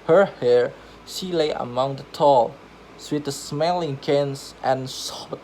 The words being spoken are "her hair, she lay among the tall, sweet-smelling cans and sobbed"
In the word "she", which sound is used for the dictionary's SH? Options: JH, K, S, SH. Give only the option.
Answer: SH